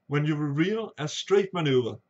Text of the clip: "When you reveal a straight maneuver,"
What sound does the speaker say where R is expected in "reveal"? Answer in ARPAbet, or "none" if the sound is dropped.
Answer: W